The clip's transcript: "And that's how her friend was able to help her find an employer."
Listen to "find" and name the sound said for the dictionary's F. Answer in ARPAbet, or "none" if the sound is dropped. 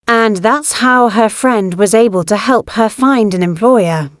F